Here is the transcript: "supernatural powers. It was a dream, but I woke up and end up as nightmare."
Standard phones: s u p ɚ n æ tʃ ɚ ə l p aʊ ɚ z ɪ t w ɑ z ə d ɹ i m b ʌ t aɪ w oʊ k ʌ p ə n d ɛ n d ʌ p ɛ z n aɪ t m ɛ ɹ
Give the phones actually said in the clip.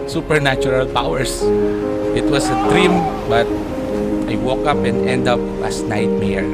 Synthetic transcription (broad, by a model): s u p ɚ n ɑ tʃ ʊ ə l p aʊ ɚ s ɪ t w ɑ s ə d ɹ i m b ʌ t aɪ w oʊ k ʌ p ə n d ɛ n d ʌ p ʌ s n aɪ t m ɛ ɹ